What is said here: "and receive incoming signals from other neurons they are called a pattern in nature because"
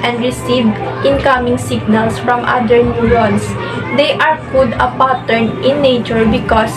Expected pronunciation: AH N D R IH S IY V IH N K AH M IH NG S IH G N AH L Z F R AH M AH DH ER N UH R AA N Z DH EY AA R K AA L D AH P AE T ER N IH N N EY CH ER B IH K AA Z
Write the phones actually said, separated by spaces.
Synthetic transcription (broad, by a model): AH N D R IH S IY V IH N K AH M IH NG S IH G N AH L S F R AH M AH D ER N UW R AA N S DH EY AA R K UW D AH P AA T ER N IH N N EY CH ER B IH K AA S